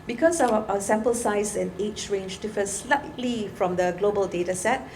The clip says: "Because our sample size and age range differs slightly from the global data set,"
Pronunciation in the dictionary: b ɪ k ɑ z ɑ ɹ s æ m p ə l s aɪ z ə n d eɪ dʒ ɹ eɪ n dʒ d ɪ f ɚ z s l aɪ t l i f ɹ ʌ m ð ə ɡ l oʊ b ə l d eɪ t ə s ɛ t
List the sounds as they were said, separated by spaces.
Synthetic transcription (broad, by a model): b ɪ k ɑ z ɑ s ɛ m p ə l s aɪ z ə n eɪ tʃ ɹ eɪ n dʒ d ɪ f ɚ s l aɪ t l i f ɹ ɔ m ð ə ɡ l oʊ b ə l d eɪ t ə s ɛ t